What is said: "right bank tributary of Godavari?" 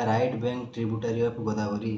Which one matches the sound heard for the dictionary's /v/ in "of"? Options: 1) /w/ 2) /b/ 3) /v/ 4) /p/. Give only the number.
4